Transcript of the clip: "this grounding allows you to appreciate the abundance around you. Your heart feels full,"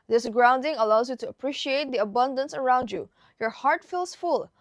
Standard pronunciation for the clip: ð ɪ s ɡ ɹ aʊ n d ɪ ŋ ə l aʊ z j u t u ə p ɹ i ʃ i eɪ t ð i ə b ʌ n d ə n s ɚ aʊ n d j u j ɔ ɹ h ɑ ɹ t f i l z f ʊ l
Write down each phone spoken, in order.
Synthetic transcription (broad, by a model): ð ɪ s ɡ ɹ aʊ n d ɪ ŋ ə l aʊ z j u t u ə p ɹ i ʃ i eɪ t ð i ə b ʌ n d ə n s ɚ aʊ n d j u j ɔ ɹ h ɑ ɹ t f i l s f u l